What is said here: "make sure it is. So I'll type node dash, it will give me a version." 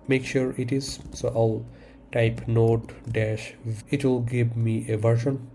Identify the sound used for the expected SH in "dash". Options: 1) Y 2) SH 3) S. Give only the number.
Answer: 2